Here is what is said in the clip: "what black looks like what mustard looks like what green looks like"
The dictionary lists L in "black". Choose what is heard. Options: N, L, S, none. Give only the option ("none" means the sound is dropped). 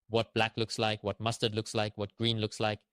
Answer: L